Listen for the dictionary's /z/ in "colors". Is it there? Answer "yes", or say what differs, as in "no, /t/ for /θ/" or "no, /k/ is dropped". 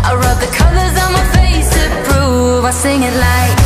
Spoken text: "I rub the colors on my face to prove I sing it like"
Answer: yes